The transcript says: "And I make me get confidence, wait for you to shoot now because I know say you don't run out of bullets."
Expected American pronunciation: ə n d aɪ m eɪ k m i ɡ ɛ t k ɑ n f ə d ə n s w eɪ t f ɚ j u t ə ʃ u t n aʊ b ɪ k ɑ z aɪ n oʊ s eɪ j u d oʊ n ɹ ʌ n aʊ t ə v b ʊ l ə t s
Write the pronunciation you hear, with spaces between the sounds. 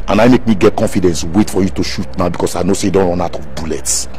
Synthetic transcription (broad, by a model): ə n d aɪ m eɪ k m i ɡ ɛ t k ɑ n f ə d ə n s w eɪ t f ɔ j u t ə ʃ u t n aʊ b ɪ k ɑ s aɪ n oʊ s eɪ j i d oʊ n w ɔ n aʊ t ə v b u l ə t s